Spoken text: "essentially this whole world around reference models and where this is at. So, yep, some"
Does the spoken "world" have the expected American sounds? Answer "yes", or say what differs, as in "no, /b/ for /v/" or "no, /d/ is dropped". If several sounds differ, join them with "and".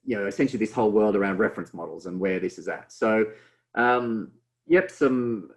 yes